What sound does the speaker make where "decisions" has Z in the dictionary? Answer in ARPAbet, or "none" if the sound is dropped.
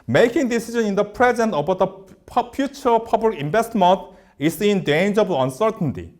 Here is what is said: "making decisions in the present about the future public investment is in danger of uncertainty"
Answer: none